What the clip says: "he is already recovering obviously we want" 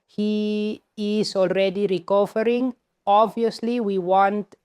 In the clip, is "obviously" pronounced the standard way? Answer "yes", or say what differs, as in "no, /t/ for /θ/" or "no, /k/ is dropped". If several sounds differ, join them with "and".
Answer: yes